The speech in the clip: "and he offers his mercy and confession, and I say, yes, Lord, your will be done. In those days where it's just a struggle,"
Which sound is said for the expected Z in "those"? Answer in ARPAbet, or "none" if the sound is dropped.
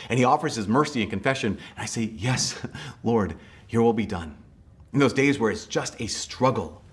Z